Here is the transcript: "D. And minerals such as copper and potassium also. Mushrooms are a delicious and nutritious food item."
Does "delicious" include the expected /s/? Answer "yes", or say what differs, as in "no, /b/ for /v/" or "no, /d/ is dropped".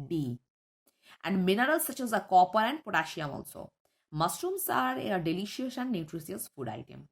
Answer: no, /s/ is dropped